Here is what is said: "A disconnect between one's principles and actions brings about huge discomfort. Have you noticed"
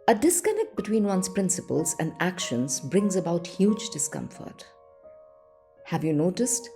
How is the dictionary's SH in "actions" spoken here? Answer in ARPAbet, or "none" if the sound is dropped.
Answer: SH